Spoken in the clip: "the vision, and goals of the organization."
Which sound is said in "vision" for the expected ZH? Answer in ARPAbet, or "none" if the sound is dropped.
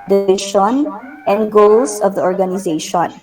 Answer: SH